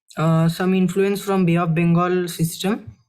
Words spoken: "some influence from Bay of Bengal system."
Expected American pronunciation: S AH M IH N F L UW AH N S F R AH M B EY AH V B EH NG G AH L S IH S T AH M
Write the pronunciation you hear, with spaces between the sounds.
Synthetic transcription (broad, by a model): S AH M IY N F L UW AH N S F R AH M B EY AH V B EH NG G AH L S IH S T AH M